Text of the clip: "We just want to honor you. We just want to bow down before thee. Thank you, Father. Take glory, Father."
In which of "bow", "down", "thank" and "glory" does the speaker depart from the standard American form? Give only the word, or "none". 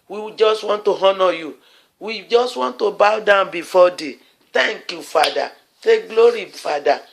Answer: thank